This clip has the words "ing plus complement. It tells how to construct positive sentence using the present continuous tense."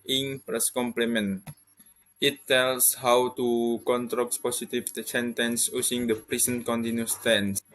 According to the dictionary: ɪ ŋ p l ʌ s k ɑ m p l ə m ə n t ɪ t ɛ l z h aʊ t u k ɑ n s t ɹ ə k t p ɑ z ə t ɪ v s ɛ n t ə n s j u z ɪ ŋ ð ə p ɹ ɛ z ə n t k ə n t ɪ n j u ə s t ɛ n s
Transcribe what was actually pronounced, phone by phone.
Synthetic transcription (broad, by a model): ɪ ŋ p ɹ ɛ s k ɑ m p l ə m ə n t ɪ t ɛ l s h aʊ t u k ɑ n t ɹ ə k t p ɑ s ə t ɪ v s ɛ n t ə n s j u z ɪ ŋ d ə p ɹ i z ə n k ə n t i n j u s t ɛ n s